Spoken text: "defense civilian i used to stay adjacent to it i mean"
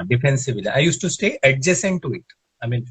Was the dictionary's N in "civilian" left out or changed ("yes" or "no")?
yes